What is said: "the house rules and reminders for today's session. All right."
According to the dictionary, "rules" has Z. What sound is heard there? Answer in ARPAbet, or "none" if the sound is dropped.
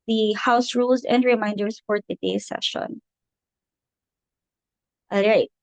Z